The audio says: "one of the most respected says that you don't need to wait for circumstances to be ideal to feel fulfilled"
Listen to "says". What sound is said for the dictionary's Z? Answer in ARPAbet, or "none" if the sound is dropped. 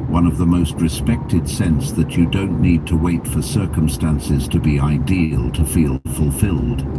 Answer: S